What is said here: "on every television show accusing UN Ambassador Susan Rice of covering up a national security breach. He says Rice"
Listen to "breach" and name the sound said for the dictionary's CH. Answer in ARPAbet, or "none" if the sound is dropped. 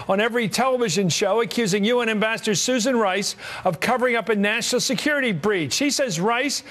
CH